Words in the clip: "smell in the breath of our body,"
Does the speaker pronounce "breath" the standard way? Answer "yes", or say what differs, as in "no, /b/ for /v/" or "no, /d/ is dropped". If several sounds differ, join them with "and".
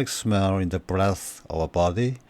yes